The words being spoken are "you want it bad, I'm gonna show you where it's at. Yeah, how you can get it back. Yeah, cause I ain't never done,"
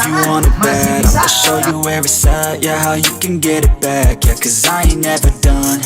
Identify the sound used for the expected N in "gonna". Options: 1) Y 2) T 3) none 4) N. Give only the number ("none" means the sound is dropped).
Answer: 3